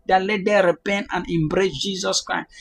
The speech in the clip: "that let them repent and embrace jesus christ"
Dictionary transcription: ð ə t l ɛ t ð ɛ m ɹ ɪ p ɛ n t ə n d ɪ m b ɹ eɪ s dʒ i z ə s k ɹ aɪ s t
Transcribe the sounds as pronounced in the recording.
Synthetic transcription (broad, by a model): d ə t l ɛ t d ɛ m ɹ ɪ p ɛ n t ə n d ɪ m b ɹ eɪ s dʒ i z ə s k ɹ aɪ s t